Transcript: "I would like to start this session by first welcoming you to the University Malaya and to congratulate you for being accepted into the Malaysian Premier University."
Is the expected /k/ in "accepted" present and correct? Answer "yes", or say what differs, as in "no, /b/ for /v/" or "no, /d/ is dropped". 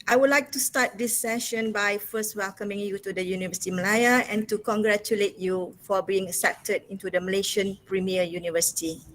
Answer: no, /k/ is dropped